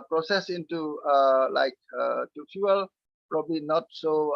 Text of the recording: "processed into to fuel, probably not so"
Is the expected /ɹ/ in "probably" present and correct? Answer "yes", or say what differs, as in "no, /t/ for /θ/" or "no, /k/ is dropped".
yes